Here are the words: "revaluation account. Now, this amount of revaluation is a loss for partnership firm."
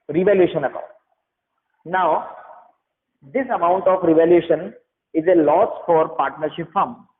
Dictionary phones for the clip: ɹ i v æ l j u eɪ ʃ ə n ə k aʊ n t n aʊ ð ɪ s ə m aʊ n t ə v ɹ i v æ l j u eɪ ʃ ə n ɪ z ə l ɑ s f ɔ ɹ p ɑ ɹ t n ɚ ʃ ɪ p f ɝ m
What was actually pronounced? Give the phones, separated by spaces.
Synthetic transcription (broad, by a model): ɹ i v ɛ l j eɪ ʃ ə n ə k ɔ t n aʊ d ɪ s ə m aʊ n t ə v ɹ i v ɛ l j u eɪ ʃ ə n ɪ z ə l ɑ s f ɔ ɹ p ɑ ɹ t n ɚ ʃ ɪ p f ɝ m